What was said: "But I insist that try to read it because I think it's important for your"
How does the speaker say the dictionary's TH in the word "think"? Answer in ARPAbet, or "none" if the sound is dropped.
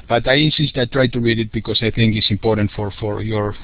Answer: TH